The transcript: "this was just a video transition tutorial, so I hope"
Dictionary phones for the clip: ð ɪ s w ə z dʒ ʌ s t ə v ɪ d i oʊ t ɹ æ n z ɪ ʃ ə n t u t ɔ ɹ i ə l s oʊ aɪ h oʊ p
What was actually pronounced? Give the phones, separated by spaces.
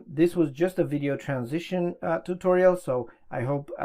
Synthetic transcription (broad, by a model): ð ɪ s w ə z dʒ ʌ s t ə v ɪ d i oʊ t ɹ æ n z ɪ ʃ ə n t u t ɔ ɹ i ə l s oʊ aɪ h oʊ p